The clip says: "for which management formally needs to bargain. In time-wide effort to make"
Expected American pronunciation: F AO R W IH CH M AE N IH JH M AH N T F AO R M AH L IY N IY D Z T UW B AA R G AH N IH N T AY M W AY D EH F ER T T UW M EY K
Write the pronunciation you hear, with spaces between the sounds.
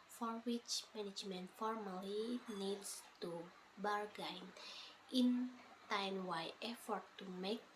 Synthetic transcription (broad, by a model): F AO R W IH CH M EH N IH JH M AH N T F AO R M AH L IY N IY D S T UW B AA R G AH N IH N T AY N W AY EH F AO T T UW M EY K